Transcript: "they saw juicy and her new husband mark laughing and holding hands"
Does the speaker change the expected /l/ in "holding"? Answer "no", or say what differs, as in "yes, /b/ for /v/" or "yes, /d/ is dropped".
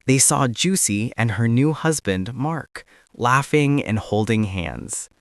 no